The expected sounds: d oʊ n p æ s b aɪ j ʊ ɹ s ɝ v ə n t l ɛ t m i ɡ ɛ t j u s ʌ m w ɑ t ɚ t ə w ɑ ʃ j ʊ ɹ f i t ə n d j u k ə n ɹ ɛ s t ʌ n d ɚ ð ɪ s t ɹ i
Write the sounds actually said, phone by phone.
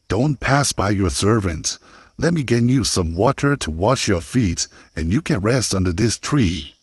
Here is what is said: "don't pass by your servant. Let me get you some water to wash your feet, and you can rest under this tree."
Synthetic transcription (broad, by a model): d oʊ n p æ s b aɪ j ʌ ɹ s ɝ v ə n t l ɛ t m i ɡ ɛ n j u s ʌ m w ɑ t ɚ t ə w ɑ ʃ j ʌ ɹ f i t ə n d j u k ə n ɹ ɛ s t ʌ n d ɚ ð ɪ s t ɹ i